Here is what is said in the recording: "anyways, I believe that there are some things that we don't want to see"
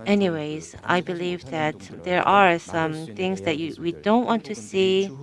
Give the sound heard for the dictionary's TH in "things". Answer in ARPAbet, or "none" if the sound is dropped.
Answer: TH